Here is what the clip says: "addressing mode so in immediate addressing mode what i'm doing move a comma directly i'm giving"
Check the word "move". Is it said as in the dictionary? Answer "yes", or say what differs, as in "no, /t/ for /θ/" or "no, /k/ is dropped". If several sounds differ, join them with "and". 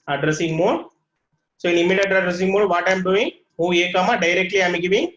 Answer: no, /v/ is dropped